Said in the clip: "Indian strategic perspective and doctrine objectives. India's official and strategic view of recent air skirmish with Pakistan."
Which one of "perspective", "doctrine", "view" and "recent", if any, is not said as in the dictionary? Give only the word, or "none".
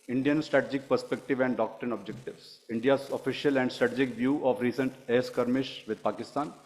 none